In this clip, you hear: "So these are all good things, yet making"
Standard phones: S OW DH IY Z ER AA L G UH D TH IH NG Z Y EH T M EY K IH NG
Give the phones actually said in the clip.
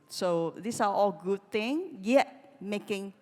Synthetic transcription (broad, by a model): S OW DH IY S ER AA L G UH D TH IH NG Y EH T M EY K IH NG